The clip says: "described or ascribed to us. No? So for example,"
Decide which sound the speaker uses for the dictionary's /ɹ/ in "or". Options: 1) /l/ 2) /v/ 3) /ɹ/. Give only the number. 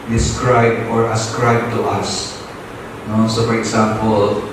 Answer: 3